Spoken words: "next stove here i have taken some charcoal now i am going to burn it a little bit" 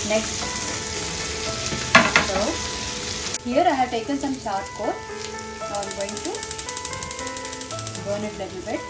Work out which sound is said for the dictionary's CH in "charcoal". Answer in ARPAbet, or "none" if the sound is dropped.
SH